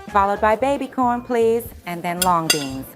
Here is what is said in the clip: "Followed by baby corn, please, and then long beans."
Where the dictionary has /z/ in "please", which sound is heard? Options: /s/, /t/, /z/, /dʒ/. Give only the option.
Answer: /z/